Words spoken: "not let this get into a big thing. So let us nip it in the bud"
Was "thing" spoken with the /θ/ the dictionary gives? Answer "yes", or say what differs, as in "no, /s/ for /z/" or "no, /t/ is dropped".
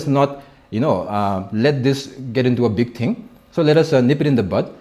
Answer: no, /t/ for /θ/